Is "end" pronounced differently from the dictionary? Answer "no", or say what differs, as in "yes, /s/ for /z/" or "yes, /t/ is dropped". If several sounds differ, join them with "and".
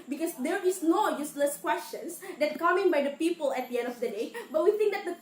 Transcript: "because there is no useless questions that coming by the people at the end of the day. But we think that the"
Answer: no